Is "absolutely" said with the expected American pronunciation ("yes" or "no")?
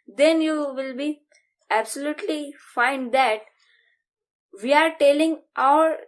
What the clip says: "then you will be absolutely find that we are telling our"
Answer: yes